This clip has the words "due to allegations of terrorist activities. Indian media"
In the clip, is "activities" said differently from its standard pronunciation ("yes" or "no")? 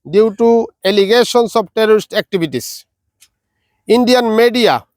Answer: yes